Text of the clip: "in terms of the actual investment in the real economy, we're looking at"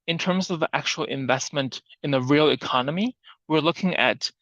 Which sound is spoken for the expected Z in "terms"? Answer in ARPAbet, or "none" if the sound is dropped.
Z